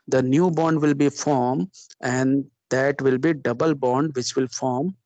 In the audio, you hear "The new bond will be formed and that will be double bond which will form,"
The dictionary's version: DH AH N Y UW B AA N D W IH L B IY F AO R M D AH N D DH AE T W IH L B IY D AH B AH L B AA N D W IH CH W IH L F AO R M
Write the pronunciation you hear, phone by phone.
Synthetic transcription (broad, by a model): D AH N Y UW B AA N D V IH L B IY F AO R M AH N D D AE T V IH L B IY D AH B AH L B AA N D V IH CH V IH L F AO R M